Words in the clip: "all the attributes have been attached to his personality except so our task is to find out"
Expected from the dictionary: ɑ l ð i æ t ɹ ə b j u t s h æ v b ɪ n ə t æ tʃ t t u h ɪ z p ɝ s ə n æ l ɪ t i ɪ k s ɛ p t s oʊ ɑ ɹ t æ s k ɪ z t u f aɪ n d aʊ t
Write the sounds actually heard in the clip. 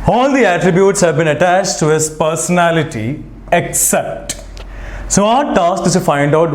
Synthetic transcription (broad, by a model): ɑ l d i æ t ɹ ə b j u t s h æ v b ɪ n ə t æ tʃ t t u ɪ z p ɝ s ə n æ l ɪ t i ɪ k s ɛ p t s oʊ ɑ ɹ t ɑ s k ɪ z t u f aɪ n d aʊ t